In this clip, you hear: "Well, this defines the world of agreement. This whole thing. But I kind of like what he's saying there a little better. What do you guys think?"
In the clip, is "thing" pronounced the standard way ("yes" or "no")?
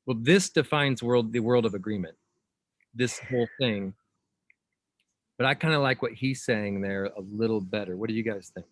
yes